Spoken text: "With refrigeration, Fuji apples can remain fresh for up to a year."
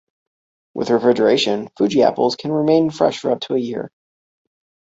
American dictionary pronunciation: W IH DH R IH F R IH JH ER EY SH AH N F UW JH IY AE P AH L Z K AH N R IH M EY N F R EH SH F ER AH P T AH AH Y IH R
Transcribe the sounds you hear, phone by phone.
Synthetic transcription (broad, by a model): W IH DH R IH F R IH JH ER EY SH AH N F UW JH IY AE P L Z K AH N R IH M EY N F R EH SH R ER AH B T AH AH Y IH R